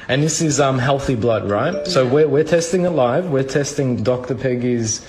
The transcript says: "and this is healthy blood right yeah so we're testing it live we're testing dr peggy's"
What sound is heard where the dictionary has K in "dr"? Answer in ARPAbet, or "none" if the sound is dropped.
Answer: K